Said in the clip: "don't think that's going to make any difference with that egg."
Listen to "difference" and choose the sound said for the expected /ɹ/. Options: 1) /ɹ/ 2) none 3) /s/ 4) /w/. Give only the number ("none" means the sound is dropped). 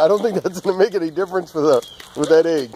1